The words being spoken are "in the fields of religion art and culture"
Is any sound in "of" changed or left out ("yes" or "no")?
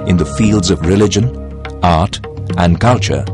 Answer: no